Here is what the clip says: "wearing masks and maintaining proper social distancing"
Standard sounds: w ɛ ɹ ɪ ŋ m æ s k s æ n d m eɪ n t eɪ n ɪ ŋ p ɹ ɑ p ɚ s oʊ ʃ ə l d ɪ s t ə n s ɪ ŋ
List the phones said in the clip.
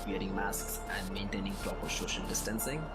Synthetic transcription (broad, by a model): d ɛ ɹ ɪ ŋ m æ s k s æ n d m eɪ n t eɪ n ɪ ŋ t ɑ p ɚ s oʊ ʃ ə n d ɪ s t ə n s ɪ ŋ